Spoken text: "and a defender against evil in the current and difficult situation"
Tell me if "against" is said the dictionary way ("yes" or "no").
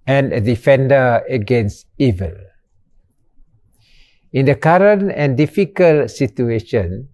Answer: yes